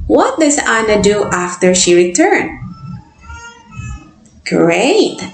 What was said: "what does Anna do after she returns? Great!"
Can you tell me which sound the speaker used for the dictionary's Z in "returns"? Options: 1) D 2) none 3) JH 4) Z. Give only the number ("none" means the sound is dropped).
2